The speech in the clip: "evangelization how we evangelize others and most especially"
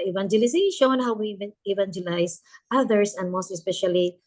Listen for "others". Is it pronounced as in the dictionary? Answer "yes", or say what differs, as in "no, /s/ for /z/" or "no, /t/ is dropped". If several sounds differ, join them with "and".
no, /s/ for /z/